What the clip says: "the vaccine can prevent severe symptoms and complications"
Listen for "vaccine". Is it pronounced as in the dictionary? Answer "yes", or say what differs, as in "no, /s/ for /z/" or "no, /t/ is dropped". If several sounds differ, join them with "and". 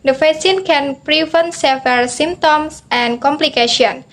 no, /k/ is dropped